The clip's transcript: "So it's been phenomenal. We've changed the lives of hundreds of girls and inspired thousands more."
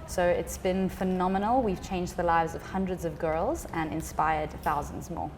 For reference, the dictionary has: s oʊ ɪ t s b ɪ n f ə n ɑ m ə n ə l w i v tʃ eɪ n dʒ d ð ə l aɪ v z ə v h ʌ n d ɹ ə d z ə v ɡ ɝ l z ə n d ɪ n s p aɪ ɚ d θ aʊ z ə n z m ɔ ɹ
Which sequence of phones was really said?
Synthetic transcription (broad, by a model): s oʊ ɪ t s b ɪ n f ə n ɑ m ə n ə l w i v tʃ eɪ n dʒ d ð ə l aɪ v z ə v h ʌ n d ɹ ə d z ə v ɡ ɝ l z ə n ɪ n s p aɪ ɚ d θ aʊ z ə n z m ɔ